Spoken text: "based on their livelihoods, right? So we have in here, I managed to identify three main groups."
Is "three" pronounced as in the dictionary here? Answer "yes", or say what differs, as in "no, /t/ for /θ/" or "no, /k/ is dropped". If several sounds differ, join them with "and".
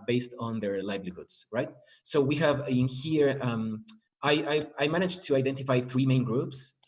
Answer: yes